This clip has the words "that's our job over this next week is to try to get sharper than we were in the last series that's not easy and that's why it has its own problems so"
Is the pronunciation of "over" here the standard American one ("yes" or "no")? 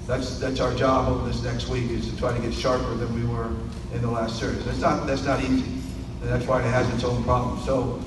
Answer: no